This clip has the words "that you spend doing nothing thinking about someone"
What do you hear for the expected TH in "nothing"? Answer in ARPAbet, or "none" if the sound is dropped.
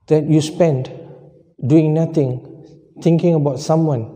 T